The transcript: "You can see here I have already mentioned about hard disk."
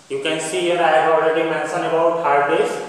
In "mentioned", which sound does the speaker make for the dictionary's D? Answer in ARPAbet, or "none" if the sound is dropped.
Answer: none